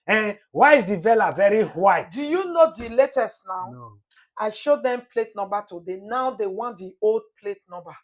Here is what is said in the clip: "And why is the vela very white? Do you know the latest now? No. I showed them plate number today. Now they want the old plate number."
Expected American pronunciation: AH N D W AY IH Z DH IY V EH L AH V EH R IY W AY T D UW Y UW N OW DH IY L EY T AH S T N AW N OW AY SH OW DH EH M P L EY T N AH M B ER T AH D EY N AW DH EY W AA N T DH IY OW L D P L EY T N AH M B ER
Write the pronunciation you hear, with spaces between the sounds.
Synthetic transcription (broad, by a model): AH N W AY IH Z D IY V EH L AH V EH R IY W AY T D UW Y UW N OW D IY L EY T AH S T N AW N AY SH OW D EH M P L EY T N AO M B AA T AH D EY N AW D EY W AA N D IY OW L D P L EY T N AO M B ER